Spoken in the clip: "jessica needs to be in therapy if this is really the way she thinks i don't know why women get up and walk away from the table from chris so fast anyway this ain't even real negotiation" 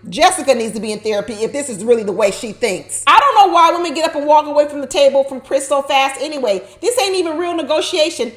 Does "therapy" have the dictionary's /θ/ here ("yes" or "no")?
yes